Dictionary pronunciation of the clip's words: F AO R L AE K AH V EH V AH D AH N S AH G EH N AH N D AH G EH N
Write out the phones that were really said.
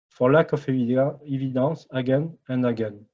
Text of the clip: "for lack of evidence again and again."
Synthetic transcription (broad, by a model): F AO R L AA K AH F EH V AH D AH S AH G EH N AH N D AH G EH N